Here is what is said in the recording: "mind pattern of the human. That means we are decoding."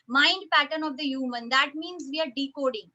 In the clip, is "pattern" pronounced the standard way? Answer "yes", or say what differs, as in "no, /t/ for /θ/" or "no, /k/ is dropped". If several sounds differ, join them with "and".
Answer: yes